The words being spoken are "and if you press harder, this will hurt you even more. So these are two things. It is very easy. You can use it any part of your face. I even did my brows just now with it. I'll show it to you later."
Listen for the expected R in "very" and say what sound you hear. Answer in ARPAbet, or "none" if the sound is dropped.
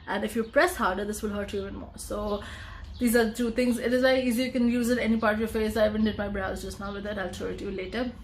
none